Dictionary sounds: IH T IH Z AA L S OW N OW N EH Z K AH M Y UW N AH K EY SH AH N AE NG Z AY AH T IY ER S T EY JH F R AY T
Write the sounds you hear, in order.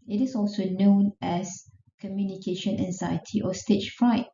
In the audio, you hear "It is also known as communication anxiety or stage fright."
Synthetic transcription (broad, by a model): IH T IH S AA L S OW N OW N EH S K AH M Y UW N AH K EY SH AH N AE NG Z AY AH T IY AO S T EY CH F R AY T